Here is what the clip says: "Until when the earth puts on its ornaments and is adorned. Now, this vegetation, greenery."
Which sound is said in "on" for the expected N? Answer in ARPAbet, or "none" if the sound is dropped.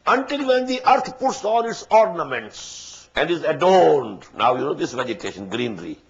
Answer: L